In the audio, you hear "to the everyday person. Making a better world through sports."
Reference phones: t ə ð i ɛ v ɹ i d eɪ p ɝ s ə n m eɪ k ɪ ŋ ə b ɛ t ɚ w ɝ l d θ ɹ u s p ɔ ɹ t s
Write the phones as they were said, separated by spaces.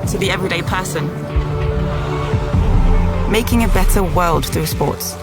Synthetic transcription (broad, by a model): t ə ð i ɛ v ɹ i d eɪ p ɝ s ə n m eɪ k ɪ ŋ ə b ɛ t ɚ w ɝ l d θ ɹ u s p ɔ t s